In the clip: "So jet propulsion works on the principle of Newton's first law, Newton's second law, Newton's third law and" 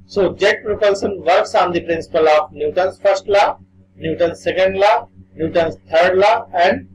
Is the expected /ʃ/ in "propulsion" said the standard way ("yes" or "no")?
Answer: no